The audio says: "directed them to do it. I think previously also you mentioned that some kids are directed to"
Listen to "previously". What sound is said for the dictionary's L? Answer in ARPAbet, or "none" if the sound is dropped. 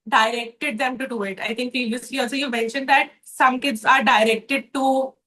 none